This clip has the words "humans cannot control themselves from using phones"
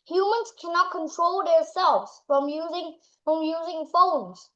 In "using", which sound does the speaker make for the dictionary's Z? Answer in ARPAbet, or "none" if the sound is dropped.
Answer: Z